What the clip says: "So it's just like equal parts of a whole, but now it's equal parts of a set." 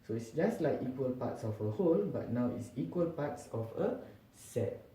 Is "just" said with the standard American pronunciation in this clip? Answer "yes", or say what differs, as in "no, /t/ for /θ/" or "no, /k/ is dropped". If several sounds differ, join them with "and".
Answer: yes